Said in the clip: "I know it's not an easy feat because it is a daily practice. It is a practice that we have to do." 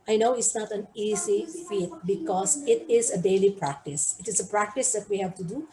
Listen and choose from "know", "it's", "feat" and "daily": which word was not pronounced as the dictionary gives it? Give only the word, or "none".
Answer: none